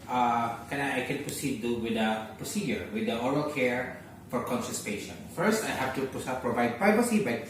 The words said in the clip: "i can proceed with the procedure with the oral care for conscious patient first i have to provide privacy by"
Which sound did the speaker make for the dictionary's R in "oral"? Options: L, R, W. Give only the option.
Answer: R